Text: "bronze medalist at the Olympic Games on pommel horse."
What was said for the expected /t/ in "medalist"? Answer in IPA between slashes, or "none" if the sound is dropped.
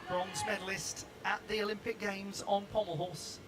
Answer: /t/